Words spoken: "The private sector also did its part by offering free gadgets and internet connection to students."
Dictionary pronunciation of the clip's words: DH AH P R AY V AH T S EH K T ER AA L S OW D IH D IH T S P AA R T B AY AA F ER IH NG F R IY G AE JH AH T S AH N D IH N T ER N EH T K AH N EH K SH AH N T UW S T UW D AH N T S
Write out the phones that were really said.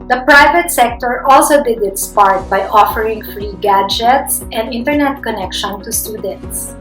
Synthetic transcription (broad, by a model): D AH P R AY V AH T S EH K T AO AA L S OW D IH D IH T S P AA R T B AY AA F ER IH NG F R IY G AE JH AH T S AH N D IH N T ER N EH T K AH N EH K SH AH N T UW S T UW D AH N T S